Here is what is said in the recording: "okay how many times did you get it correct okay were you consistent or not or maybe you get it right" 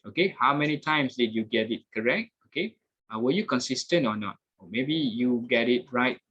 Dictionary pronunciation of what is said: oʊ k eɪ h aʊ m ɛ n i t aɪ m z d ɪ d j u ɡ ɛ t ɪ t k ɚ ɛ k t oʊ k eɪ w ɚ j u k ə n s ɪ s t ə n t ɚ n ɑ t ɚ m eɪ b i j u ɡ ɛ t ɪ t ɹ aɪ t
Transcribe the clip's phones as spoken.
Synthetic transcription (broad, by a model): oʊ k eɪ h aʊ m ɛ n i t aɪ m s d ɪ d j u ɡ ɛ t ɪ t k ɚ ɛ k t oʊ k eɪ w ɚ j u k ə n s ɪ s t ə n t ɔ n ɑ t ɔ m eɪ b i j u ɡ ɛ t ɪ t ɹ aɪ t